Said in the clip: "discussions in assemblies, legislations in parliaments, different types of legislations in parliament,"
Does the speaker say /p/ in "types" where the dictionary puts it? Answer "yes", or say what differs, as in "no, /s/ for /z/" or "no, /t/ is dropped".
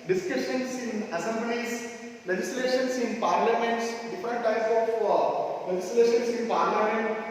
no, /p/ is dropped